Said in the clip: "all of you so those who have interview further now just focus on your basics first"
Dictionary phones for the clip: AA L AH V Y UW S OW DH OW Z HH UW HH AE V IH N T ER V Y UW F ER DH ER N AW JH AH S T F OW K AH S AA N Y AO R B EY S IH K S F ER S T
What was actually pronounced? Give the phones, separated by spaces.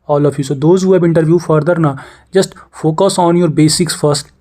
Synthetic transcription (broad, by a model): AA L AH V Y UW S OW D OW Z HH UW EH B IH N T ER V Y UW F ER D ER N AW JH AH S T F OW K AH S AA N Y AO R B EY S IH K S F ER S T